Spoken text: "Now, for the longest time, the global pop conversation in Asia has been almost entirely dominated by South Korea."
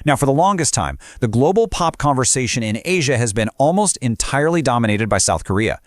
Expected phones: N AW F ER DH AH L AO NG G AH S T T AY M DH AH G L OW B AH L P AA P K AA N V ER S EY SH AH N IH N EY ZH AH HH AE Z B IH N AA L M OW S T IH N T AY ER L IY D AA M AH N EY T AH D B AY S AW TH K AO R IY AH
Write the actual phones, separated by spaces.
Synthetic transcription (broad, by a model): N AW F ER DH AH L AO NG G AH S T T AY M DH AH G L OW B L P AA P K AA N V ER S EY SH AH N IH N EY ZH AH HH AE Z B IH N AA L M OW S T IH N T AY ER L IY D AA M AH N EY T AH D B AY S AW TH K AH R IY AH